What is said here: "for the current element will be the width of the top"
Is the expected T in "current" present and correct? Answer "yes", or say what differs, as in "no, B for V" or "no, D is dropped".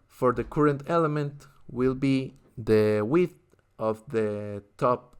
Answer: yes